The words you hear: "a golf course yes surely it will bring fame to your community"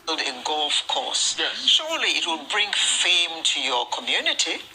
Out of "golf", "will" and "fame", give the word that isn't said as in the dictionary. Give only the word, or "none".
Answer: none